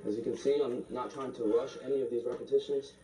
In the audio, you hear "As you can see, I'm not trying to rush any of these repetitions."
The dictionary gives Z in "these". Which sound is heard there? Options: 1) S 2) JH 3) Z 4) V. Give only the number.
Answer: 3